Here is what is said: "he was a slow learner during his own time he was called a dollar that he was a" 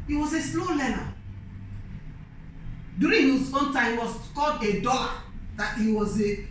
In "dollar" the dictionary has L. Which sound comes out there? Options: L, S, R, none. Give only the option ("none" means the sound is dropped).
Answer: none